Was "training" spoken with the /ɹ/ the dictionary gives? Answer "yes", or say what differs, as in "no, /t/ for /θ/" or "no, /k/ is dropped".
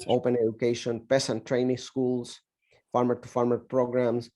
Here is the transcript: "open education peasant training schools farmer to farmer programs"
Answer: yes